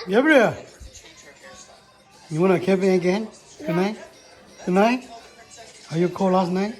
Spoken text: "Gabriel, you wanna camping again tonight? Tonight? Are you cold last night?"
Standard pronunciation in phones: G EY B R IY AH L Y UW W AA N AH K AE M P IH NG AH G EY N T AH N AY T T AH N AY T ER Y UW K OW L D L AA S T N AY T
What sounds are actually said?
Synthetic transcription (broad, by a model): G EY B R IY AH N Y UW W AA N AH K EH P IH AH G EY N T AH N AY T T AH N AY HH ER Y UW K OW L L AA S T N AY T